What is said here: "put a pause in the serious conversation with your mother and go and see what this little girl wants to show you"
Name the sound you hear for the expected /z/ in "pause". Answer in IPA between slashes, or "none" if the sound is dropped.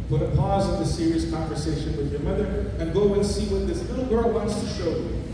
/z/